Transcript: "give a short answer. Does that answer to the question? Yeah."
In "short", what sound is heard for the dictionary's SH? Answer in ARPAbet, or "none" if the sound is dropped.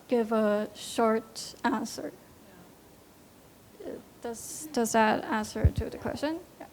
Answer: SH